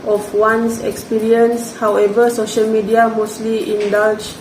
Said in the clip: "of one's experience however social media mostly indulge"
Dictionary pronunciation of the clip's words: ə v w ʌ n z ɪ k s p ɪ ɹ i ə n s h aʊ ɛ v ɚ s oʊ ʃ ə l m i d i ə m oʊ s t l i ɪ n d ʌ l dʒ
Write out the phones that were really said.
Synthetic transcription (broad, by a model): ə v w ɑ n s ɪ k s p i ɹ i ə n s h aʊ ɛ v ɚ s oʊ ʃ ə l m i d i ə m oʊ s t l i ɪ n d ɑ l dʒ